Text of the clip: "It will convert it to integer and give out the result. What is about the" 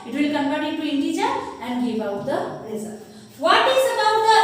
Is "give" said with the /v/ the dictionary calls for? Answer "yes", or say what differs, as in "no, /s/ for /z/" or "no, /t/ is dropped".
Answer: no, /b/ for /v/